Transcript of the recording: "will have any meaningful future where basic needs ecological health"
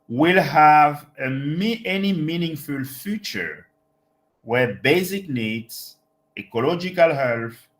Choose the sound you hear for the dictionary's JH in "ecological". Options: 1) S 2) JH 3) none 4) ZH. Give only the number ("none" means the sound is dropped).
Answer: 2